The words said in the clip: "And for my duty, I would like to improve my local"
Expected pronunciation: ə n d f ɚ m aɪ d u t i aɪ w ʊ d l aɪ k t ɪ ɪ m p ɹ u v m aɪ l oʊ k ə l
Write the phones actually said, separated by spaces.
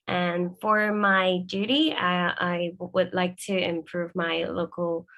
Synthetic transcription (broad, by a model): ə n f ɚ m aɪ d u t i aɪ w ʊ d l aɪ k t ɪ ɪ m p ɹ u v m aɪ l oʊ k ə l